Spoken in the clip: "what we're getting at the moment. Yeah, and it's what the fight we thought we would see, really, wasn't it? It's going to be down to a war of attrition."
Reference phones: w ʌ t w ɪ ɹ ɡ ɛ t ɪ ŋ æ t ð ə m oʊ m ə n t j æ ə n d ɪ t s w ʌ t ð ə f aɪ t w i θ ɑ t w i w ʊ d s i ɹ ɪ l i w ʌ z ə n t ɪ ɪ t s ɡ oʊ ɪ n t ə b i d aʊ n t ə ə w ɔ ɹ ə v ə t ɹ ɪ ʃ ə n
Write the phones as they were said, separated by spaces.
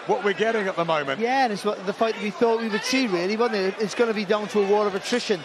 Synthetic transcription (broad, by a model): w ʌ t w ɪ ɹ ɡ ɛ t ɪ ŋ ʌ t ð ə m oʊ m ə n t j æ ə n ɪ t s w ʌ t ð ə f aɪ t w i θ ɑ t w i w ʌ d s i ɹ ɪ l i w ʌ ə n ɪ ɪ t s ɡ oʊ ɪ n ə b i d aʊ n t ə ə w ɔ ɹ ə v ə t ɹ ɪ ʃ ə n